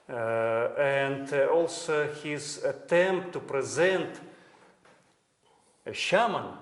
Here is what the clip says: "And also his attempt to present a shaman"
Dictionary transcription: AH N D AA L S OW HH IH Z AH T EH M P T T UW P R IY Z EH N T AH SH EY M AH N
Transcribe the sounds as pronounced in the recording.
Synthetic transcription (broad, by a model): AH N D AA L S OW HH IH Z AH T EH M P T T UW P R IY Z EH N T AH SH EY M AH N